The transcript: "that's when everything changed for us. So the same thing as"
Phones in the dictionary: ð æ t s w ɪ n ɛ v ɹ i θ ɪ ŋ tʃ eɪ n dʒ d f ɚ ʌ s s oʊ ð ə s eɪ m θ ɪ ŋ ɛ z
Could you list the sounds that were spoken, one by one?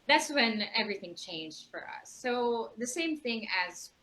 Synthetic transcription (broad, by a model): ð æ t s w ɪ n ɛ v ɹ i θ ɪ ŋ tʃ eɪ n dʒ d f ɚ ʌ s s oʊ ð ə s eɪ m θ ɪ ŋ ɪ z